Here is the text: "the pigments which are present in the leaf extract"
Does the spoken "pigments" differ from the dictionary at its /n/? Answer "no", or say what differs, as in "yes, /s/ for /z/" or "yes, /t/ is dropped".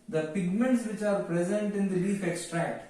no